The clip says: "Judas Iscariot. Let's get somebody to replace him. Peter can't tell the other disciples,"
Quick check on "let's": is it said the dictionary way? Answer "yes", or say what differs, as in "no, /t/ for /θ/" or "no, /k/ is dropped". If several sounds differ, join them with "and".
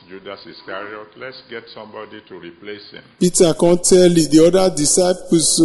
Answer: yes